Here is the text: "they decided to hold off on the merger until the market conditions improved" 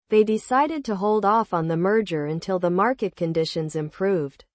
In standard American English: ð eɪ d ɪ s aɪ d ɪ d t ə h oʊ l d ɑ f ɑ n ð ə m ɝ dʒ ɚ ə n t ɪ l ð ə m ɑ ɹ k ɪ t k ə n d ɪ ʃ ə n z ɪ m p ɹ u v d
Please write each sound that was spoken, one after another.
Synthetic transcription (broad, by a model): ð eɪ d ɪ s aɪ d ɪ d t ə h oʊ l d ɑ f n ð ə m ɝ dʒ ɚ ə n t ɪ l ð ə m ɑ ɹ k ɪ t k ə n d ɪ ʃ ə n z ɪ m p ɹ u v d